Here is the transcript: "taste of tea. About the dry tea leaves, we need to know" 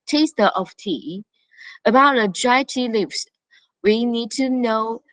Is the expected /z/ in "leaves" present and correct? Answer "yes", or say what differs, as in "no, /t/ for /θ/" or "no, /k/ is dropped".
no, /s/ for /z/